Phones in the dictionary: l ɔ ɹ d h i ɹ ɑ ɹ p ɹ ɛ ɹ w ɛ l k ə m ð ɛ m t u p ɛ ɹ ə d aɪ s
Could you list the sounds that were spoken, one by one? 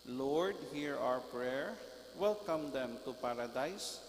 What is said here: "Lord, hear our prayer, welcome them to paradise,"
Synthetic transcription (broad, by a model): l ɔ ɹ d h i ɹ ɑ ɹ p ɹ ɛ ɹ w ɛ l k ə m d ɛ m t u p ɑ ɹ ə d aɪ s